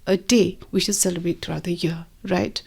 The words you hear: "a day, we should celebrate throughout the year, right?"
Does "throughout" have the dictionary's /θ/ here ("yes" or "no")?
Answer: no